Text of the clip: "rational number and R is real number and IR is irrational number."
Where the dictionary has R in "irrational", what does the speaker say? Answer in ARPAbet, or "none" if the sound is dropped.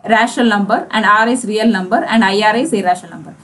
R